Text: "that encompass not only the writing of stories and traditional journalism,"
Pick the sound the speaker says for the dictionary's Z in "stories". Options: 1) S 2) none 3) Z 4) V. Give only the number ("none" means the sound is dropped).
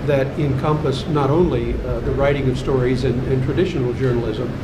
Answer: 3